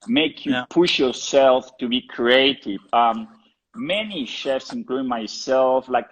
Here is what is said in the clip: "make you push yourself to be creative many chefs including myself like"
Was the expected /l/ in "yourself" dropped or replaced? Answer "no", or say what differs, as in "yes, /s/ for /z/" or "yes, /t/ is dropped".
no